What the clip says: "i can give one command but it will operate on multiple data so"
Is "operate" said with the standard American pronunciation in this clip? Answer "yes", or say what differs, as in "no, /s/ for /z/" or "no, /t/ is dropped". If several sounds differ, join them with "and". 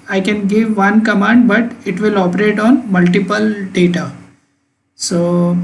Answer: yes